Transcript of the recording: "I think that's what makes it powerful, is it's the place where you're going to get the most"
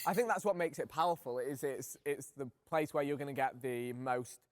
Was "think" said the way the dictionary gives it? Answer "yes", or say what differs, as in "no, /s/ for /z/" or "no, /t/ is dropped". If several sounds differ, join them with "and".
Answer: yes